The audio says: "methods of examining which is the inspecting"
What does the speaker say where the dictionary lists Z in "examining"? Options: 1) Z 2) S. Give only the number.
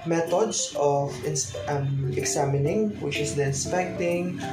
2